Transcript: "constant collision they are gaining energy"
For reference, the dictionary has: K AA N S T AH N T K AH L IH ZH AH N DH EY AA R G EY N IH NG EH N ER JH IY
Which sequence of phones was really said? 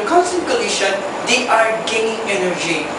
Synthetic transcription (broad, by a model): K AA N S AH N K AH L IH SH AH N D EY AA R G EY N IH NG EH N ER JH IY